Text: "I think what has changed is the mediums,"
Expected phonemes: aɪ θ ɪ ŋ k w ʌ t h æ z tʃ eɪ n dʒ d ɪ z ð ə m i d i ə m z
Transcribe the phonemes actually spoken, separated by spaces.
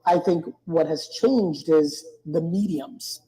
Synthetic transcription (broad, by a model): aɪ θ ɪ ŋ k w ʌ t h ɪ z tʃ eɪ n dʒ d ɪ z ð ə m i d i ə m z